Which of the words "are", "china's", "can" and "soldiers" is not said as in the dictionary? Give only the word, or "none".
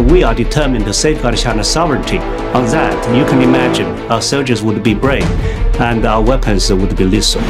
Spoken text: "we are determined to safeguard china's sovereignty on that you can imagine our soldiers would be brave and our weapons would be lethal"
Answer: china's